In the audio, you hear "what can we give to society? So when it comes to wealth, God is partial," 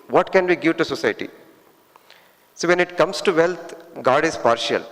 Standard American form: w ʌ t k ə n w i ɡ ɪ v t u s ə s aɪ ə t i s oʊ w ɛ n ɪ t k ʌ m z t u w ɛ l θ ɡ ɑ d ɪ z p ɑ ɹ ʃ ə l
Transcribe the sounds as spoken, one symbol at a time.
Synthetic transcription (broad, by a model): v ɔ t k ə n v i ɡ ɪ v t u s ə s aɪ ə t i s oʊ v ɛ n ɪ t k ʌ m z t u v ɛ l t ɡ ɑ d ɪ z p ɑ ɹ ʃ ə l